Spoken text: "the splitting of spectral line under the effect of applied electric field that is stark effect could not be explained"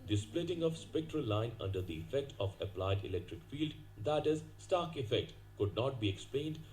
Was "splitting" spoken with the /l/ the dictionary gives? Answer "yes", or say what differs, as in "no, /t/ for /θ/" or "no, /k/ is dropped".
yes